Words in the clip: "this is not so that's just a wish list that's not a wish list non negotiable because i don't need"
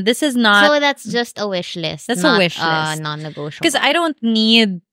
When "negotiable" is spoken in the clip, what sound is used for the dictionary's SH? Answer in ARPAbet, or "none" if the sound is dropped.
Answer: none